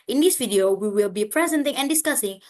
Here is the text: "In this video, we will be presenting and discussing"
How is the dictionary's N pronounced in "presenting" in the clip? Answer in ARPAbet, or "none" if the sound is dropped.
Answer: N